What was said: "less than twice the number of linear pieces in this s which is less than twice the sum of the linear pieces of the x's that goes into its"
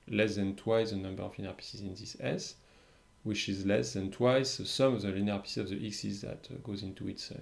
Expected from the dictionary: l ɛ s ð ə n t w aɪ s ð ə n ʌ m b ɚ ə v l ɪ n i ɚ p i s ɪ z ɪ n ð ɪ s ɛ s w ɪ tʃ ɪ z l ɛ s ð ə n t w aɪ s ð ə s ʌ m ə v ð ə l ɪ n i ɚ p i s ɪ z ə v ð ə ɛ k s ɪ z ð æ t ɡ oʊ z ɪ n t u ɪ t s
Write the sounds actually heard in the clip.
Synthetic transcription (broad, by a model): l ɛ s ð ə n t w aɪ s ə n ʌ m b ɚ ə v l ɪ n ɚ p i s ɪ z ɪ n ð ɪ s ɛ s w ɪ tʃ ɪ z l ɛ s ð ə n t w aɪ s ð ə s ʌ m ə v ð ə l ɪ n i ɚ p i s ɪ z ə v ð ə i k s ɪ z ð æ t ɡ oʊ z ɪ n t u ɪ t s